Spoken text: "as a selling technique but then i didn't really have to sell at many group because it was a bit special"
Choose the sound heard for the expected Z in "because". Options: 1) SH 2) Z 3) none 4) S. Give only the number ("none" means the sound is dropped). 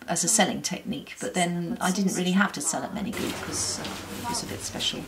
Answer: 3